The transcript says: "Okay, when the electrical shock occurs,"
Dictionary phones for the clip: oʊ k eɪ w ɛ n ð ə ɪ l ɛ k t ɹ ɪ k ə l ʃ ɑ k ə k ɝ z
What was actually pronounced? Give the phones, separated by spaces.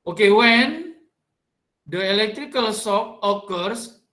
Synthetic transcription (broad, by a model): oʊ k eɪ w ɛ n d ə ɪ l ɛ k t ɹ ɪ k ə l s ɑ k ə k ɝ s